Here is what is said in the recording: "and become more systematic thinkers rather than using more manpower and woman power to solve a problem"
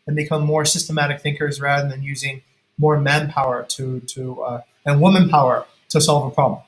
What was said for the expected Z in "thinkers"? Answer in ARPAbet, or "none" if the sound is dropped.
Z